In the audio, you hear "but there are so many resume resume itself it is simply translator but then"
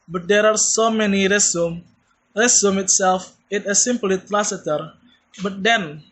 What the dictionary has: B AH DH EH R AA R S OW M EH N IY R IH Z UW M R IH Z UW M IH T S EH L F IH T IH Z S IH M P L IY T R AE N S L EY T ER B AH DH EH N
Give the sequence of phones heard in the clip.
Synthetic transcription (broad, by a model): B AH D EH R AA R S OW M EH N IY R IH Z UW M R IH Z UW M IH T S EH L F IH T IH S IH M P L IY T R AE S EY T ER B AH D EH N